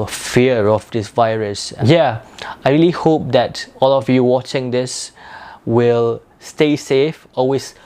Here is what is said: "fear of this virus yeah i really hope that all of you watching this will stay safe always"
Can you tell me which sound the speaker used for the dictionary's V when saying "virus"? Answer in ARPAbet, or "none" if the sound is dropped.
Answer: V